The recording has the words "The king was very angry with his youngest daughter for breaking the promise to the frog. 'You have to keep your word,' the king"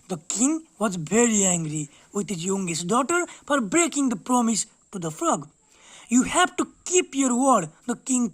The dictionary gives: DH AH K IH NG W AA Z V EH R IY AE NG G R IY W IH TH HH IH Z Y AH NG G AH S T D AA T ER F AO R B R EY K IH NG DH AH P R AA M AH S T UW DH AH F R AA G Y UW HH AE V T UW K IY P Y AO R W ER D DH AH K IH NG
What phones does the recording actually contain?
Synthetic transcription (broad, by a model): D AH K IH NG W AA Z V EH R IY AE NG G R IY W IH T HH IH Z Y AH NG G AH S T D AA T ER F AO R B R EY K IH NG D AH P R AA M AH S T UW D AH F L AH G Y UW HH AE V T UW K IY P Y AO R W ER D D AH K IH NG